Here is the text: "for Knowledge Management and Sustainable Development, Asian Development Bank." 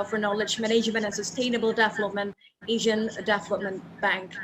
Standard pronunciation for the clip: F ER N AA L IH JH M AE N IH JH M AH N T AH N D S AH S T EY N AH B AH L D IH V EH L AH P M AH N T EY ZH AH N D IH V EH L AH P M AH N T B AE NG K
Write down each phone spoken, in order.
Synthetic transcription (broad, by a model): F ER N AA L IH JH M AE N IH ZH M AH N AH N S AH S T EY N AH B AH L D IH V L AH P M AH N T EY ZH AH N D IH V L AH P M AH N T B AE NG K